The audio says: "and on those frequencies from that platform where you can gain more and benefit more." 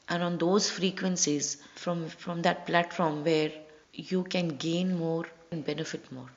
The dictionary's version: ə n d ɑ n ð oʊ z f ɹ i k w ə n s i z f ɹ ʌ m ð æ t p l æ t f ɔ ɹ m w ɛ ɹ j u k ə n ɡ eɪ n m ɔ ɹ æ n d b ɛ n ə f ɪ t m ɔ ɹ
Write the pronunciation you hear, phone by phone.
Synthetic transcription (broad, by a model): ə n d ɑ n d oʊ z f ɹ i k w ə n s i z f ɹ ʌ m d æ t p l æ t f ɔ ɹ m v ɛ ɹ j u k ə n ɡ eɪ n m ɔ ɹ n d b ɛ n ə f ɪ t m ɔ ɹ